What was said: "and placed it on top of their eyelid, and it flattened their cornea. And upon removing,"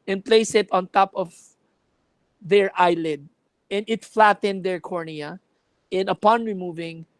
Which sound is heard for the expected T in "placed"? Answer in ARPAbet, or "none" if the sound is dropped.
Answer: none